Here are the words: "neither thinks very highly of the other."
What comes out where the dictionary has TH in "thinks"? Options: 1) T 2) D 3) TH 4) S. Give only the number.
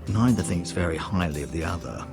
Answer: 3